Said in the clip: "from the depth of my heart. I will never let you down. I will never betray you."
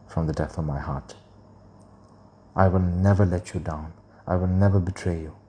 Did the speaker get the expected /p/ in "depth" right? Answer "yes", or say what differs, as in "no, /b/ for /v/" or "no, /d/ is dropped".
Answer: no, /p/ is dropped